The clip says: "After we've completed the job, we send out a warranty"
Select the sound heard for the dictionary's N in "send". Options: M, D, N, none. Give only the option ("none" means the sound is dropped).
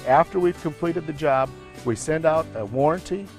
N